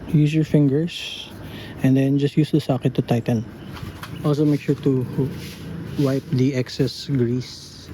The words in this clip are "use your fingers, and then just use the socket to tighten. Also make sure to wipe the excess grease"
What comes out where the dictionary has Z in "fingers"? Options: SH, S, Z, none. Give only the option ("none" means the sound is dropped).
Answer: S